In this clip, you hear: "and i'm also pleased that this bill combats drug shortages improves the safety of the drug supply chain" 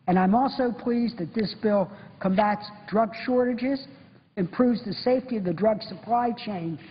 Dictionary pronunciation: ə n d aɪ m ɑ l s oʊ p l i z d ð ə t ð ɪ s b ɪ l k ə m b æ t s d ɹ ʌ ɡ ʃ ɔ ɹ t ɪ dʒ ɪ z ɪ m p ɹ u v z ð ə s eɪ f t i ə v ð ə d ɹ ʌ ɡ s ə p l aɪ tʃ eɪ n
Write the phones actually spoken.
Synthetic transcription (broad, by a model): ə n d aɪ m ɑ l s oʊ p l i z ð ə t ð ɪ s b ɪ l k ə m b æ t s d ɹ ʌ ɡ ʃ ɔ ɹ t ɪ dʒ ɪ z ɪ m p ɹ u v z ð ə s eɪ f t i ə v ð ə d ɹ ʌ ɡ s ə p l aɪ tʃ eɪ n